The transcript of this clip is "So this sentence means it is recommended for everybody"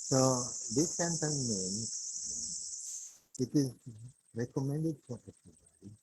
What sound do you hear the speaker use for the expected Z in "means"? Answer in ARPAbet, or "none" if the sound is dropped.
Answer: none